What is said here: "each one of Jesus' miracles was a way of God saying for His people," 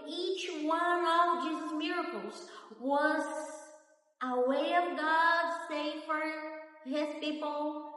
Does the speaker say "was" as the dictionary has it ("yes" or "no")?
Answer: yes